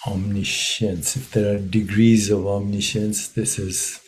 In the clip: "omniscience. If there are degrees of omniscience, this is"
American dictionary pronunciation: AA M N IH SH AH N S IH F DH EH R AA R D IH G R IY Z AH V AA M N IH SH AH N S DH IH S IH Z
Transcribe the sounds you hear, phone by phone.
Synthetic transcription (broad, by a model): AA M N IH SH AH N S IH F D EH R AA R D IH G R IY Z AH V AA M N IH SH AH N S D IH S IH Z